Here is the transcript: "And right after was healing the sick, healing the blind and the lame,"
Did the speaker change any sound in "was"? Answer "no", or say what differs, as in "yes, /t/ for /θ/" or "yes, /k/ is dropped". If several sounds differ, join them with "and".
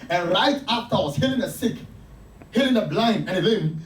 yes, /s/ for /z/